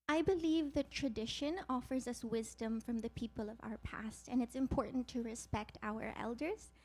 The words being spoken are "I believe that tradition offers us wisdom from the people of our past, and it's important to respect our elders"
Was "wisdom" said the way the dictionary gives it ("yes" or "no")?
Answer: yes